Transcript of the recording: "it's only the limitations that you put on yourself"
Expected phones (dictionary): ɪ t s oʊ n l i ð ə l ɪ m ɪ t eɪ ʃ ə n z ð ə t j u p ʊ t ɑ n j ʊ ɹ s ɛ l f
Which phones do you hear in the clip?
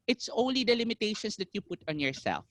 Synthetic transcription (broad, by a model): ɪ t s oʊ n l i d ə l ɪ m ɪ t eɪ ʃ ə n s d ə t j u p ʊ t ɑ n j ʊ ɹ s ɛ l f